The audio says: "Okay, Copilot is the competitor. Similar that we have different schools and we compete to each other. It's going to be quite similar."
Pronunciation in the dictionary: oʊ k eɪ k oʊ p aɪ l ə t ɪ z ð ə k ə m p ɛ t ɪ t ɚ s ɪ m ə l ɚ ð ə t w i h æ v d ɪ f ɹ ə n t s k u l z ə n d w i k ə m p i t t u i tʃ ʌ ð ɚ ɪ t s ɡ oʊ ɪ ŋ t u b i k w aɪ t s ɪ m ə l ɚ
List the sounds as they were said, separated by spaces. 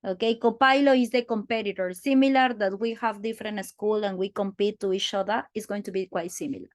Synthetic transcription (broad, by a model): oʊ k eɪ k oʊ p aɪ l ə ɪ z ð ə k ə m p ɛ t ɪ t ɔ s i m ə l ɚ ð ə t w i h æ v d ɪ f ɹ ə n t s k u l ə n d w i k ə m p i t t u i tʃ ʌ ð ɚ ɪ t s ɡ oʊ ɪ ŋ t u b i k w aɪ t s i m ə l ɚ